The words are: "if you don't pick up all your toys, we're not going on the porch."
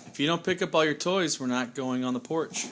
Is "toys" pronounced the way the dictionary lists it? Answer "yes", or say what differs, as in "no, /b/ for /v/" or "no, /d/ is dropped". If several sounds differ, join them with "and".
yes